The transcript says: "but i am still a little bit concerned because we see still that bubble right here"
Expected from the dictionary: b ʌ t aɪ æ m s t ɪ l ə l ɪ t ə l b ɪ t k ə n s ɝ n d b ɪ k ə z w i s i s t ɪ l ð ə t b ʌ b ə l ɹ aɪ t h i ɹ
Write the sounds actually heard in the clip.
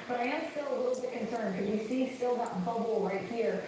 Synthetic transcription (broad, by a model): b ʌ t aɪ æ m s t ɪ l ə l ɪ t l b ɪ k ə n s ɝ n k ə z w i s i s t ɪ l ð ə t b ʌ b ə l ɹ aɪ t h i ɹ